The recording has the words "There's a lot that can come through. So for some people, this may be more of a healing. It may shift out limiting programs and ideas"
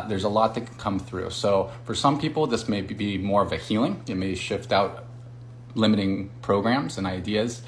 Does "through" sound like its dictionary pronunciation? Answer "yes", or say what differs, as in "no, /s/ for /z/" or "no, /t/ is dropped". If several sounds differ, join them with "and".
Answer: yes